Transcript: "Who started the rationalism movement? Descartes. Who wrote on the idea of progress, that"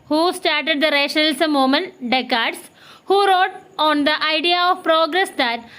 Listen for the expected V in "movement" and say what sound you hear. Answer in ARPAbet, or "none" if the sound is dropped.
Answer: none